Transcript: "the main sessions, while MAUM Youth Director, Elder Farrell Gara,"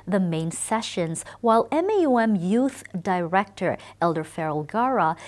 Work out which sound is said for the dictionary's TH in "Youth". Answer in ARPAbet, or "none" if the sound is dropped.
TH